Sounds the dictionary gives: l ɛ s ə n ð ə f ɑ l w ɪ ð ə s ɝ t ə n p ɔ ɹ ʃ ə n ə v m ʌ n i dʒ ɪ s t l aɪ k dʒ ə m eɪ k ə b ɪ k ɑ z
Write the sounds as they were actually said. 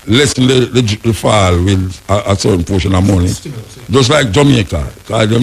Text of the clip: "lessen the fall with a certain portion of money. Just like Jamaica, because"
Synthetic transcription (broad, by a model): l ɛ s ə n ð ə f ɑ l w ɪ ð ə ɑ s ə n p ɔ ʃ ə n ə m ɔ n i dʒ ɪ s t l aɪ k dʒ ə m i ə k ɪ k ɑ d